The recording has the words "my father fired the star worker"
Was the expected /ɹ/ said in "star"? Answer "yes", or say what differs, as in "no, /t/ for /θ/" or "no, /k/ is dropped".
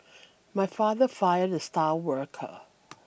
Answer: no, /l/ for /ɹ/